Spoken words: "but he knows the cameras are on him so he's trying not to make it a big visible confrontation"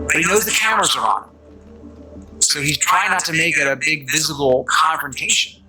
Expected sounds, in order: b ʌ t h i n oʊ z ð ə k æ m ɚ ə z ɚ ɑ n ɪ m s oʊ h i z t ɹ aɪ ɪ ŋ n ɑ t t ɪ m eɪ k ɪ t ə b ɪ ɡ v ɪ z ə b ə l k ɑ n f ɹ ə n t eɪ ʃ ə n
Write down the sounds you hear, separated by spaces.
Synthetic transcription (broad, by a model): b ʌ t h i n oʊ z ð ə k æ m ɚ ə z ɚ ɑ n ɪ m s oʊ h i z t ɹ aɪ ɪ ŋ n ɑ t t ɪ m eɪ k ɪ t ə b ɪ ɡ v ɪ z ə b l k ɑ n f ɹ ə n t eɪ ʃ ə n